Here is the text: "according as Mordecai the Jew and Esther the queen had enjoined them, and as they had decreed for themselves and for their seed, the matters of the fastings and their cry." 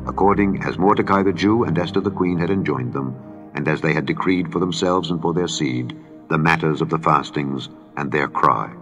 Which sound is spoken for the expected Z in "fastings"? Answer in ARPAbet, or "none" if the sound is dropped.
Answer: Z